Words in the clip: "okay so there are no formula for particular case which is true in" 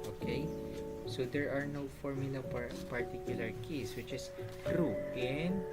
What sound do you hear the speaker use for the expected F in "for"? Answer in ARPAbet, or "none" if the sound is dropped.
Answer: P